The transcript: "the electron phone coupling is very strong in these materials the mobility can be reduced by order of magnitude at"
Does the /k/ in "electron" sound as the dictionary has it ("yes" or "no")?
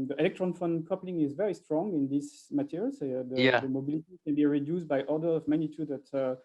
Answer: yes